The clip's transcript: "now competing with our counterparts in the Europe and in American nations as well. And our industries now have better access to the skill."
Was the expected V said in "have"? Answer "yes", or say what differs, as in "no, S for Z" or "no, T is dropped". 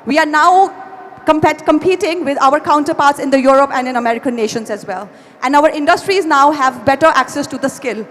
yes